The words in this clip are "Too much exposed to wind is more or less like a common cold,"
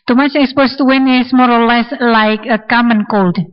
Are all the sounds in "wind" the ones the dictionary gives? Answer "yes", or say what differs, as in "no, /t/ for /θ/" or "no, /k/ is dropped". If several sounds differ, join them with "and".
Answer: no, /d/ is dropped